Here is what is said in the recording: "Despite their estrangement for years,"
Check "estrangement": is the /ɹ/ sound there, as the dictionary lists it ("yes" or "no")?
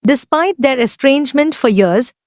yes